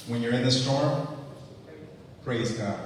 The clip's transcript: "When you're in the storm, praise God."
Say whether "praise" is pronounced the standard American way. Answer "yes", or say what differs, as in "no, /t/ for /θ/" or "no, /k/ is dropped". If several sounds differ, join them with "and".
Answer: yes